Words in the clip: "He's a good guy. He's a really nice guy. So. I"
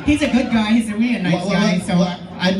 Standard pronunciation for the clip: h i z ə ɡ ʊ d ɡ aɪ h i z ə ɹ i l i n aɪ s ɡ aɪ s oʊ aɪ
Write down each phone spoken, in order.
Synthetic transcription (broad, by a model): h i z ə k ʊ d ɡ aɪ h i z ə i i n aɪ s ɡ aɪ s oʊ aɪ